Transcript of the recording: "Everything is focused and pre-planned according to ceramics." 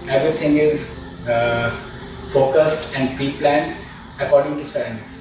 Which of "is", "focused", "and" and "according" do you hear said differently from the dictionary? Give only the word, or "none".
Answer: none